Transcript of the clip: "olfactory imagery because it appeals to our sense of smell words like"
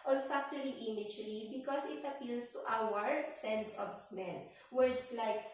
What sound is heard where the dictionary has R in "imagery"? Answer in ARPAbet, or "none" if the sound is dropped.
L